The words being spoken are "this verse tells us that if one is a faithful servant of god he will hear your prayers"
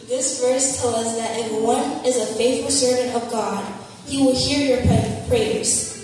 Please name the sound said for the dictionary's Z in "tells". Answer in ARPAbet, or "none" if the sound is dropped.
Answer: none